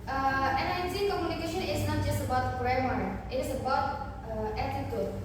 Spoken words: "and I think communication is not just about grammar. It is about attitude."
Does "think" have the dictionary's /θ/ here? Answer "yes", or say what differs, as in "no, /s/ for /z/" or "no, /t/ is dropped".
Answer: no, /s/ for /θ/